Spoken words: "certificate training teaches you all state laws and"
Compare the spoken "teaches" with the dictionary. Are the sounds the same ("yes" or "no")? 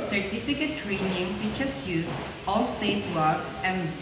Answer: no